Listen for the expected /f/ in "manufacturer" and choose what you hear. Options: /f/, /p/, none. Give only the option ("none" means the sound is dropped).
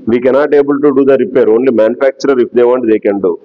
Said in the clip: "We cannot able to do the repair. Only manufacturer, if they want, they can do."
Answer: /p/